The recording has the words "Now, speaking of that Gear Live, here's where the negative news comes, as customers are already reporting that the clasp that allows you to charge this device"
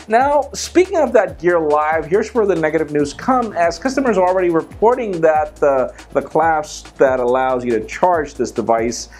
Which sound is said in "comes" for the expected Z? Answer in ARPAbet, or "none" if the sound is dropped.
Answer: none